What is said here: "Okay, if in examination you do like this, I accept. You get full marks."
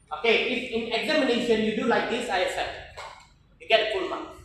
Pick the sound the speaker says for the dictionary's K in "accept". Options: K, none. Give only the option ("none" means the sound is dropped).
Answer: none